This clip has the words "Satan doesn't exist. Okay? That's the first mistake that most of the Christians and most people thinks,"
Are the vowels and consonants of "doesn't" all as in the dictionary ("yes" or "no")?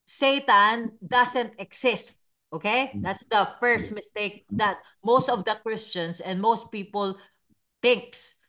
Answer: no